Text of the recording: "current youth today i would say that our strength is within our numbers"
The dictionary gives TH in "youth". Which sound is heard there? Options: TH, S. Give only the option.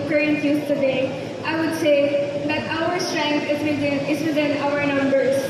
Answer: S